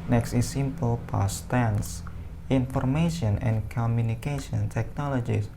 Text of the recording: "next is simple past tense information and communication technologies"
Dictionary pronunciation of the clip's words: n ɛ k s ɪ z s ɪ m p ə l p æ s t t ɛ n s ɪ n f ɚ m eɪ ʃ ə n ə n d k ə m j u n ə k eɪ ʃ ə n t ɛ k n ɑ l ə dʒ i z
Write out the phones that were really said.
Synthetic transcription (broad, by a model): n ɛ k s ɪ s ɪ m p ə l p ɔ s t t ɛ n s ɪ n f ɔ m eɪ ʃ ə n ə n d k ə m j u n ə k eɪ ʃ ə n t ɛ k n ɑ l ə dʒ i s